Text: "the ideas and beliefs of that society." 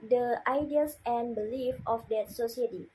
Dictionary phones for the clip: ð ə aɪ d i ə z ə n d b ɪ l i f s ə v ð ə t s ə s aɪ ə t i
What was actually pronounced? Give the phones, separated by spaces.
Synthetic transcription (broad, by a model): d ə aɪ d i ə s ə n b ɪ l i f ə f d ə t s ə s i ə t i